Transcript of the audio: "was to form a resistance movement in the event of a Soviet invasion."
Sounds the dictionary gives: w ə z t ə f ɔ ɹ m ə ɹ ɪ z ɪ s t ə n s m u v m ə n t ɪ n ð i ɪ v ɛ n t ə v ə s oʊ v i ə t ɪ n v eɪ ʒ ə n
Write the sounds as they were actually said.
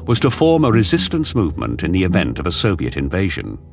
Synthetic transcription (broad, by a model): w ə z t ə f ɔ ɹ m ə ɹ ɪ z ɪ s t ə n s m u v m ə n t ɪ n ð i ɪ v ɛ n t ə v ə s oʊ v i ə t ɪ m v eɪ ʒ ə n